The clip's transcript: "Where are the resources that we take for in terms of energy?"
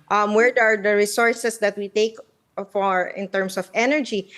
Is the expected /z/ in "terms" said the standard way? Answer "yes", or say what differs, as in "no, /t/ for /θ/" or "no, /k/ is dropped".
no, /s/ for /z/